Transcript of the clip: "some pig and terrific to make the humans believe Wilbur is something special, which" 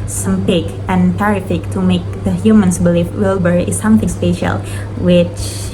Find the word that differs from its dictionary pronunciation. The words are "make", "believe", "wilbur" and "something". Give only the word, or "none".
believe